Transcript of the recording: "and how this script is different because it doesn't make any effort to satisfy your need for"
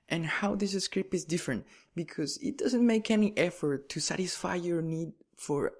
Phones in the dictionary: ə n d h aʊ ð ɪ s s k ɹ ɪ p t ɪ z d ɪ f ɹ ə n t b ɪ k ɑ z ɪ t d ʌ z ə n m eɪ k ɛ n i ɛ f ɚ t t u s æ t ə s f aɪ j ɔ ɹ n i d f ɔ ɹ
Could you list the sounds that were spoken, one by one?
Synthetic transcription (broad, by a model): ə n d h aʊ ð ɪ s s k ɹ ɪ p ɪ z d ɪ f ɹ ə n t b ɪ k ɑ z ɪ t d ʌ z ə n m eɪ k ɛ n i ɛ f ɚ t t u s æ t ə s f aɪ j ɔ ɹ n i d f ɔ ɹ